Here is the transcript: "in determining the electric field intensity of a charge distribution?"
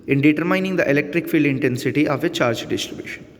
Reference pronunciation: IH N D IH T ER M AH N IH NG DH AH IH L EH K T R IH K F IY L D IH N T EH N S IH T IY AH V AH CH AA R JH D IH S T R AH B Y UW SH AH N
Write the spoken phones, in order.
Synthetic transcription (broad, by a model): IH N D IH T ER M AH N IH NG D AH IH L EH K T R IH K F IY L D IH N T EH N S IH T IY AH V AH CH AA R JH D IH S T R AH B Y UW SH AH N